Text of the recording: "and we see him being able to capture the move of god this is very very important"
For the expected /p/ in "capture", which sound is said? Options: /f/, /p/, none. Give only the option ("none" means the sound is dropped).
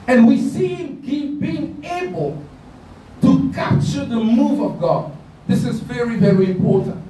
/p/